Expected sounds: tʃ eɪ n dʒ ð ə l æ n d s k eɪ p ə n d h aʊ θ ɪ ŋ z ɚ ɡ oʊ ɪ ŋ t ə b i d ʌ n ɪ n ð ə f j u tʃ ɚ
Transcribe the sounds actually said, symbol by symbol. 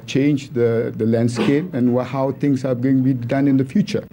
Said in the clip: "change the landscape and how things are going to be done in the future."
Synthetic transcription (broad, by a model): tʃ eɪ n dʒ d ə l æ n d s k eɪ p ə n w h aʊ t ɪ ŋ s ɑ ɡ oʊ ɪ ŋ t b i d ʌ n ɪ n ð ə f j u tʃ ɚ